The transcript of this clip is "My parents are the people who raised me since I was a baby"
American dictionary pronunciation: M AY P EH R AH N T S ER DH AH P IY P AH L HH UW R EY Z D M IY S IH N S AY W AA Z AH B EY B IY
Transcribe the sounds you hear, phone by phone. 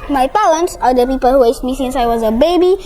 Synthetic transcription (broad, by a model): M AY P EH L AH N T S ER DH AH P IY P AH L HH UW W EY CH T M IY S IH N S AY W AA Z AH B EY B IY